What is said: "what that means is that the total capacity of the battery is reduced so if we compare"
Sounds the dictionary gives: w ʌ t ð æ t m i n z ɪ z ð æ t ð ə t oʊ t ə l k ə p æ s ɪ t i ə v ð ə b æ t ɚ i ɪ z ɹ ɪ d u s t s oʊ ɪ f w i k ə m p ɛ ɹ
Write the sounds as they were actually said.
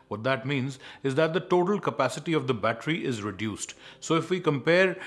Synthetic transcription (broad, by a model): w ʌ t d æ t m i n z ɪ z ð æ t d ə t oʊ t ə l k ə p æ s ɪ t i ə v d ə b æ t ɚ i ɪ z ɹ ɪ d u s t s oʊ ɪ f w i k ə m p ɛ ɹ